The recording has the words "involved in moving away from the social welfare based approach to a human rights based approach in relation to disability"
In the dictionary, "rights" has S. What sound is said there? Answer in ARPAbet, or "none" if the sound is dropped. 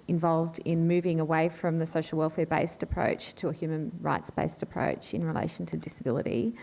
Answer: S